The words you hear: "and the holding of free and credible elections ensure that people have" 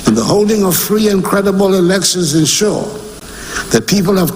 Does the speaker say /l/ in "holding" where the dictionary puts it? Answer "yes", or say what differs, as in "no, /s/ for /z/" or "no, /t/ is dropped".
yes